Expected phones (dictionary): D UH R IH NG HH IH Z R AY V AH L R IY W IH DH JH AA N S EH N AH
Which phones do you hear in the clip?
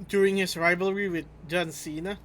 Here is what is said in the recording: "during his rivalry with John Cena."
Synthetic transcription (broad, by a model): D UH R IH NG HH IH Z R AY V AH L R IY W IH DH JH AA N S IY N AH